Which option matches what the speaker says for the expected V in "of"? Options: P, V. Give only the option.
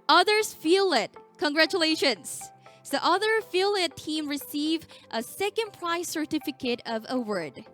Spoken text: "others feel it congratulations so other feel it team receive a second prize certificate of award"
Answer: V